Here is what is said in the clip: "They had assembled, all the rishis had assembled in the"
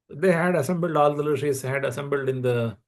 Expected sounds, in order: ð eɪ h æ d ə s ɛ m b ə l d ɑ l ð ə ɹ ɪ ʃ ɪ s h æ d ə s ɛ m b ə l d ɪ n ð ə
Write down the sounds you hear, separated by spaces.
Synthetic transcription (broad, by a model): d eɪ h æ d ə s ɛ m b ə l d ɑ l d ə l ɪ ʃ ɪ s h æ d ə s ɛ m b ə l d ɪ n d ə